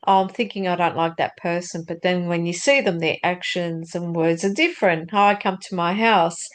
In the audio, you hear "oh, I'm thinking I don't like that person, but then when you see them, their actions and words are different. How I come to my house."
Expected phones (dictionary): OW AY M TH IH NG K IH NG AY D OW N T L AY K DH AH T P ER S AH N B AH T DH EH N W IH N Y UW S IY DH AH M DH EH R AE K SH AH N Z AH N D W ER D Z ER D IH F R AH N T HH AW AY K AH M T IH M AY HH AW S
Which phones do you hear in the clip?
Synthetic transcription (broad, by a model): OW AY M TH IH NG K IH NG AY D OW N T L AY K DH AH T P ER S AH N B AH T DH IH N W IH N Y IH S IY DH AH M DH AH R AE K SH AH N Z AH N W ER D Z ER D IH F R AH N T HH AW AY K AH M T IH M AY HH AW S